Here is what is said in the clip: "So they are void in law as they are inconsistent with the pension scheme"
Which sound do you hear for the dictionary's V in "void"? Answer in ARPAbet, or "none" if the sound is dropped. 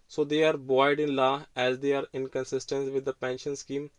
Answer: B